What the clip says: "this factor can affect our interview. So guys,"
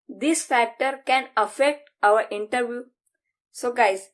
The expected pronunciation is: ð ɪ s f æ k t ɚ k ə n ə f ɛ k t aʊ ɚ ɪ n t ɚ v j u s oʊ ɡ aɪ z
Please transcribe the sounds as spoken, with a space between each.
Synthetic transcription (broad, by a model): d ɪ s f æ k t ɚ k ə n ə f ɛ k t aʊ ɚ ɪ n t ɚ v j u s oʊ ɡ aɪ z